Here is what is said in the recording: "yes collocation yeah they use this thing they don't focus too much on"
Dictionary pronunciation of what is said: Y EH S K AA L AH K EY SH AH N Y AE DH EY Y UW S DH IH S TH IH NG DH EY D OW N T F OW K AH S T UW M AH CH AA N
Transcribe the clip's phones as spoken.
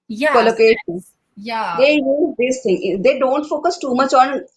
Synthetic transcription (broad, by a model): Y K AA L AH K EY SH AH N Y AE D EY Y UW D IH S T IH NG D EY D OW N T F OW K AH S T UW M AH CH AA N